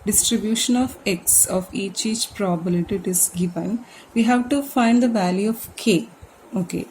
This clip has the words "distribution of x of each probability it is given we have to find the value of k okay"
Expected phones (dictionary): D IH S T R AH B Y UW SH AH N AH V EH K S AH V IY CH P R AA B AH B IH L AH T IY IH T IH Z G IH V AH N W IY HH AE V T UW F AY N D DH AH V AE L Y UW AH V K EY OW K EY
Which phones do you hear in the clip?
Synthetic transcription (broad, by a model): D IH S T R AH B Y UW SH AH N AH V EH K S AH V IY CH P R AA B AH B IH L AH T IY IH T IH Z G IH V AH N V IY HH AE V T UW F AY N D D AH V AE L Y UW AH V K EY OW K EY